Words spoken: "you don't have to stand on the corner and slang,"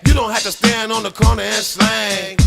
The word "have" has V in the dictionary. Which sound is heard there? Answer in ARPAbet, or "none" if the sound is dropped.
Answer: F